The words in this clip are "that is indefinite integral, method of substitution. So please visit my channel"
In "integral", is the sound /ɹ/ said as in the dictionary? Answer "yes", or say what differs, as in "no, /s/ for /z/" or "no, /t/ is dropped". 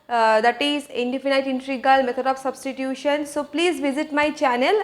no, /ɹ/ is dropped